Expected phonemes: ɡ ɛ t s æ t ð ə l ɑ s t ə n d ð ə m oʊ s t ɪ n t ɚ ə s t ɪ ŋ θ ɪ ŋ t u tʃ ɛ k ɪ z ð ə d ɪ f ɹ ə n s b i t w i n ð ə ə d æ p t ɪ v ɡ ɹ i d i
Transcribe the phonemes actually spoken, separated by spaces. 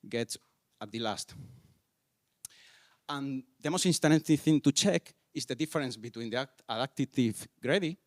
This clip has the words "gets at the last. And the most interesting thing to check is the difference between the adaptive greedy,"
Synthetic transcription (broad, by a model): ɡ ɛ t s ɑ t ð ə l ɑ s t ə n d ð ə m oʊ s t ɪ n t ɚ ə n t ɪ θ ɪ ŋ t u tʃ ɛ k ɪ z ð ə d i f ɹ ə n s b i t w i n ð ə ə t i t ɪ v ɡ ɹ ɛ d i